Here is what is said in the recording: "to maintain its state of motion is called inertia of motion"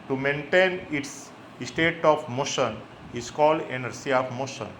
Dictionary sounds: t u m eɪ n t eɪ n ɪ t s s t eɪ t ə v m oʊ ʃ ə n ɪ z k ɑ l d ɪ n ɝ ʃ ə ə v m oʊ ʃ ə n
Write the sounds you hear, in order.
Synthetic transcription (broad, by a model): t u m eɪ n t eɪ n ɪ t s s t eɪ t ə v m oʊ ʃ ə n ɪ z k ɑ l d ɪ n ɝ s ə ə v m oʊ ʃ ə n